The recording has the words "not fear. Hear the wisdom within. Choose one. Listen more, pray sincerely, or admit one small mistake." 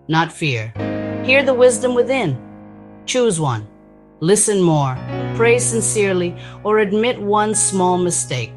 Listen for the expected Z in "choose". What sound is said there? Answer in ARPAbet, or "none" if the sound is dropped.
Z